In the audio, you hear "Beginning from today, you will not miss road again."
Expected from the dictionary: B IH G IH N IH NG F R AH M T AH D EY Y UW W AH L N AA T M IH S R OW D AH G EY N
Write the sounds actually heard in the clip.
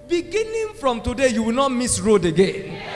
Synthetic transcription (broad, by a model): B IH G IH N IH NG F R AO M T AH D EY Y UW W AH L N AA T M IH S R OW D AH G EY N